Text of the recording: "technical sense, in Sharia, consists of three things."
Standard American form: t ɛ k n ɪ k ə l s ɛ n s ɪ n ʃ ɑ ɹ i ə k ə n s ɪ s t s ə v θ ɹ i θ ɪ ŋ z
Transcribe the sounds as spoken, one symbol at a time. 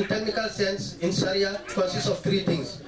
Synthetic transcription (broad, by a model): t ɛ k n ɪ k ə l s ɛ n s ɪ n s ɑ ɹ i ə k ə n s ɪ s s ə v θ ɹ i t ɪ ŋ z